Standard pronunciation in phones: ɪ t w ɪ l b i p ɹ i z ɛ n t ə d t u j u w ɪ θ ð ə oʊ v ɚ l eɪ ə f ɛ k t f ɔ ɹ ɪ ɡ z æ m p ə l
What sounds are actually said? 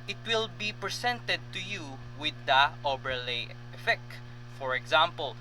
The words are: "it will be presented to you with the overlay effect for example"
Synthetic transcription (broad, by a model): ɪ t w ɪ l b i p ɹ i s ɛ n t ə d t u j u w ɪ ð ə oʊ b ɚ l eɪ ə f ɛ k t f ɔ ɹ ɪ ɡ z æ m p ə l